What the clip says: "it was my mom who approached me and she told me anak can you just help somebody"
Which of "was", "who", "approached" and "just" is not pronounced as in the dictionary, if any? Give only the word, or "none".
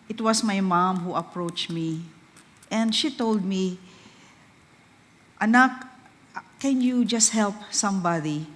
was